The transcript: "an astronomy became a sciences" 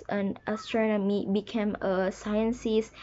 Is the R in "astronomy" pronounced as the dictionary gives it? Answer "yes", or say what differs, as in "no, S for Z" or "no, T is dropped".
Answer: yes